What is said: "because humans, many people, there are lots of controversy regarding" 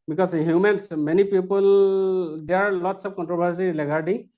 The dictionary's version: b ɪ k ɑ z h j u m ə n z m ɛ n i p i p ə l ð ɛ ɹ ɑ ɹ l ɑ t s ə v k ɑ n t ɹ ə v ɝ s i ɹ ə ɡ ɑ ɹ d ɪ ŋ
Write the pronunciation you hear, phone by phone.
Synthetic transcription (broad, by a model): b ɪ k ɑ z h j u m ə n s m ɛ n i p i p ə l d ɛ ɑ ɹ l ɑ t s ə p k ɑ n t ɹ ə b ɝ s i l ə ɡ ɑ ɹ d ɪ